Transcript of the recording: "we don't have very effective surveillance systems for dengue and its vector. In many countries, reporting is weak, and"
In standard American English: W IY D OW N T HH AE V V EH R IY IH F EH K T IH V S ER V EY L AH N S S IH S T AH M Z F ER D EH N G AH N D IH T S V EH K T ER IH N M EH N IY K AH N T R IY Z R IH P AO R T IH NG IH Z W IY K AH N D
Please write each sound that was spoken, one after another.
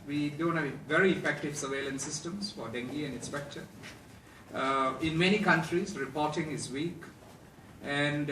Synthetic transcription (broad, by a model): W IY D OW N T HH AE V V EH R IY IH F EH K T IH V S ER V EY L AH N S S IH S T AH M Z F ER D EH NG G AH N D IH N S P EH K T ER IH N M EH N IY K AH N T R IY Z R IH P AO R T IH NG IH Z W IY K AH N D